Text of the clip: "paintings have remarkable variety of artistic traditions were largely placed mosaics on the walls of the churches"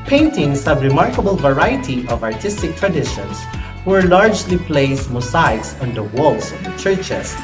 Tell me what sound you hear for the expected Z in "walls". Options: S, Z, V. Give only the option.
S